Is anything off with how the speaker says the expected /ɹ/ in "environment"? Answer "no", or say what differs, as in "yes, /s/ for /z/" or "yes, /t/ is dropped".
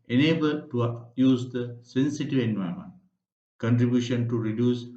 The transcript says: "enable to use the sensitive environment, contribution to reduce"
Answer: yes, /ɹ/ is dropped